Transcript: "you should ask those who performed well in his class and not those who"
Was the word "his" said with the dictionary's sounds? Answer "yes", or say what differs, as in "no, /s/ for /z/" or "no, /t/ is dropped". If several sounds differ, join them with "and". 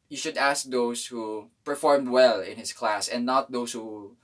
no, /s/ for /z/